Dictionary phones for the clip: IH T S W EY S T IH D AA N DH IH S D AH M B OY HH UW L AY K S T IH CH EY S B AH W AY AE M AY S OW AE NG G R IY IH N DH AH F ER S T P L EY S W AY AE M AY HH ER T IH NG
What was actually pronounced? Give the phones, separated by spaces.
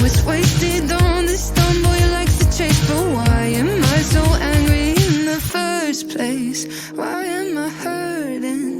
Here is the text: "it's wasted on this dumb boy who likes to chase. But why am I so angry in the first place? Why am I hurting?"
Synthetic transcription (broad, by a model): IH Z W EY S T IH D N DH IH S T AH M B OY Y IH L AY K T IH CH EY S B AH W AY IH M AY S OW AE NG G R IY IH N DH AH F ER S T P L EY S W AY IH M AY HH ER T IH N